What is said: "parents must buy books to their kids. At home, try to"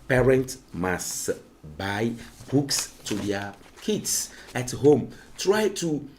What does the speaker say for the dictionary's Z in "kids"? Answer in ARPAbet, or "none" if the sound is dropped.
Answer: S